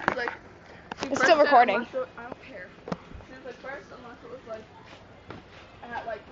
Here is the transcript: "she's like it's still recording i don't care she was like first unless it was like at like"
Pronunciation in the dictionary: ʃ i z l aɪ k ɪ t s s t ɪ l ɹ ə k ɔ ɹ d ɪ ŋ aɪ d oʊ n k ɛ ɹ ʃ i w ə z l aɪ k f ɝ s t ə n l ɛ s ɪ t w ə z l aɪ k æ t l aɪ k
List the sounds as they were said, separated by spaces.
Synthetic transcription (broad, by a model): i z l aɪ k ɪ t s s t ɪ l ɹ ə k ɔ ɹ d ɪ ŋ aɪ d oʊ n k ɛ ɹ s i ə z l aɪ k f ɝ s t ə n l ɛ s ɪ t w ə z l aɪ k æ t l aɪ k